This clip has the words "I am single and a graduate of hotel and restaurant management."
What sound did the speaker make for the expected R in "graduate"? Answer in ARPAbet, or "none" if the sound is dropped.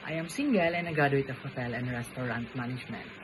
none